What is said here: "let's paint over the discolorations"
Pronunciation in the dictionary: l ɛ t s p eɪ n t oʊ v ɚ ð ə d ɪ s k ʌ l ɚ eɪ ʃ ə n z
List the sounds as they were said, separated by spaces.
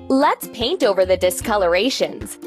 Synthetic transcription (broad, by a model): l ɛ t s p eɪ n t oʊ v ɚ ð ə d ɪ s k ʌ l ɚ eɪ ʃ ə n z